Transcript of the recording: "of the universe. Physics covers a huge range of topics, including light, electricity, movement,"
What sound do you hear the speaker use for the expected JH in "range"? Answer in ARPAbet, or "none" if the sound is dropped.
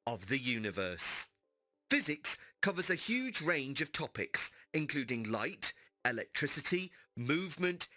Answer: JH